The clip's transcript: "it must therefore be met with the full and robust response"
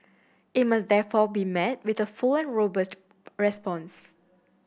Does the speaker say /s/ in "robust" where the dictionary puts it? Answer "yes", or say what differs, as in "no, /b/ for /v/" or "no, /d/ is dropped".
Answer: yes